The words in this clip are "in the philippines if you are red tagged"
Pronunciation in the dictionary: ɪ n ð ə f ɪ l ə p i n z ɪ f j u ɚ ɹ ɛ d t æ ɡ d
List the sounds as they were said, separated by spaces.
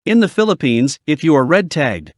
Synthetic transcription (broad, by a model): ɪ n ð ə f ɪ l ə p i n z ɪ f j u ɚ ɹ ɛ d t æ ɡ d